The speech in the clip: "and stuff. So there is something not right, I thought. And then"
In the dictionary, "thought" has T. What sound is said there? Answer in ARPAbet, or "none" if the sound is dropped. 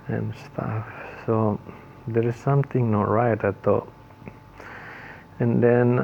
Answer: none